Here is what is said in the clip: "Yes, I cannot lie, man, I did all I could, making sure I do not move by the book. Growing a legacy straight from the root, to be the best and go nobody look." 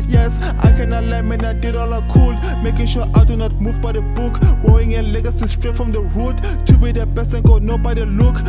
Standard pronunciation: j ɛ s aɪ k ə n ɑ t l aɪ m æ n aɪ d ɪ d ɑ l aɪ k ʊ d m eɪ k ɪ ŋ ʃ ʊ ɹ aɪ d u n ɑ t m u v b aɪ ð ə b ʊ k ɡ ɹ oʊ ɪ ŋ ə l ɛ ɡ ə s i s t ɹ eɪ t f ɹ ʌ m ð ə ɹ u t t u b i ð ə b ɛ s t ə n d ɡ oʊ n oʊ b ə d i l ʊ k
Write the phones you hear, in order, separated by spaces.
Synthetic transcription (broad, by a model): j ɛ s aɪ k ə n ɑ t l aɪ m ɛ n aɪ d ɪ d ɑ l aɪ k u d m eɪ k ɪ ŋ ʃ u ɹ aɪ d u n ɑ t m u v b aɪ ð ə b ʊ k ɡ oʊ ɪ ŋ ə l ɛ ɡ ə s i s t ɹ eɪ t f ɹ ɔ m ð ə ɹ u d t u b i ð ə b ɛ s ə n ɡ oʊ n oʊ b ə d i l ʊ k